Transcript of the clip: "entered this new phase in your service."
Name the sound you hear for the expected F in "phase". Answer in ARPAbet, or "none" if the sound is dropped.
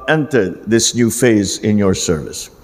F